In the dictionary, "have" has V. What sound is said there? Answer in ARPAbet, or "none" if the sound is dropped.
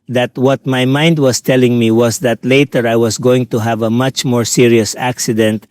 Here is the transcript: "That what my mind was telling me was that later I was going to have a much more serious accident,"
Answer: V